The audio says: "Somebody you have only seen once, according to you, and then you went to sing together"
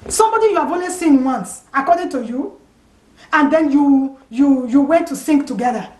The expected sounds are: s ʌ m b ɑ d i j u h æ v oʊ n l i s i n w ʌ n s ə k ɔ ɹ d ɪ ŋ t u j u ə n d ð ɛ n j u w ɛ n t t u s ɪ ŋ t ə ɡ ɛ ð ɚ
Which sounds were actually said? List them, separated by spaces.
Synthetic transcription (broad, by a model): s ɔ m b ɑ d i j u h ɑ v oʊ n w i s i n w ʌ n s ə k ɔ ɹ d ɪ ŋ t u j u ə n d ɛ n j u w ɛ n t t u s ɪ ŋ t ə ɡ ɛ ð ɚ